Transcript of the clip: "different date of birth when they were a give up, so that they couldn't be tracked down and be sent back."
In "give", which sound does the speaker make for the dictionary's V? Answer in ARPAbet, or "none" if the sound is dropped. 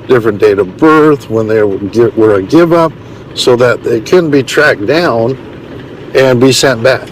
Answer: V